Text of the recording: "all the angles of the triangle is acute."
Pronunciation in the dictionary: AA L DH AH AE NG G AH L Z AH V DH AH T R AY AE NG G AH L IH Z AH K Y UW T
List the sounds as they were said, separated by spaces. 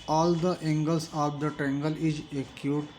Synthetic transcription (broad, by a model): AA L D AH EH NG G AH L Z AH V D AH T EH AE NG G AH L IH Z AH K Y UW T